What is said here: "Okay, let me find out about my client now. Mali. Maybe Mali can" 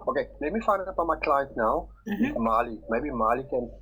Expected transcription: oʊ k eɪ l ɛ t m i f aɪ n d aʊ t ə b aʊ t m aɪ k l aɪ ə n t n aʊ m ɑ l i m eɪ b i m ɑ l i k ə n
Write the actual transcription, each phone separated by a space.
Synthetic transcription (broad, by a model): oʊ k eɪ n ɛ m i f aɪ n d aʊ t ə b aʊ m aɪ k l aɪ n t n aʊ m ɑ l i m eɪ b i m ɑ l i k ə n